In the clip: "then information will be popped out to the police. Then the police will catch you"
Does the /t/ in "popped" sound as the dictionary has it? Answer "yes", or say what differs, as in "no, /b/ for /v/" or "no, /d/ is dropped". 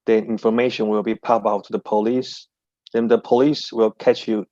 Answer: no, /t/ is dropped